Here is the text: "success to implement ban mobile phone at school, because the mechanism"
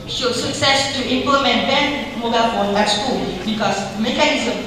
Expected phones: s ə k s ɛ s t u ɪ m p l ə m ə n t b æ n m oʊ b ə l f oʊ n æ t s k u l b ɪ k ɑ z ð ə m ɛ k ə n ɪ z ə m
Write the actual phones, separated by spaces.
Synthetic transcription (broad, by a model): s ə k s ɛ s t u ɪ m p l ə m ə n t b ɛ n m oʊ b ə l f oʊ l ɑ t s k u l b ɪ k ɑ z m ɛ k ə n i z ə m